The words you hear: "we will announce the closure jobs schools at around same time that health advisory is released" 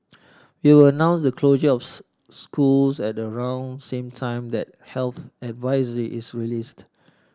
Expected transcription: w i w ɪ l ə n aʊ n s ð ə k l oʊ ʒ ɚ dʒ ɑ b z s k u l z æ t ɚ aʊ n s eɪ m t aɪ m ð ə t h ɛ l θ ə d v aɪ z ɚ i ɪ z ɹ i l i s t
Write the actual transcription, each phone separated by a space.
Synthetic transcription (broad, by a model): w i w ɪ l ə n aʊ n s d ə k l oʊ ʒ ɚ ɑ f s k u l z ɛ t ɚ aʊ n s eɪ m t aɪ m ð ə t h ɛ l θ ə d v aɪ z ɚ i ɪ s ɹ i l i s t